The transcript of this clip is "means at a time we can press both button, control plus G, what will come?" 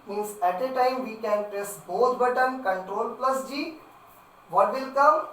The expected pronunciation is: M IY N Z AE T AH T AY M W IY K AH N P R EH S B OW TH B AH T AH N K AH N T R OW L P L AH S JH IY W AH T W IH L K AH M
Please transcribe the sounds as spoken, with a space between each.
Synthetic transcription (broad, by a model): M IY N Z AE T AH T AY M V IY K AH N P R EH S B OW T B AH T AH N K AH N T R OW L P L AH S JH IY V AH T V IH L K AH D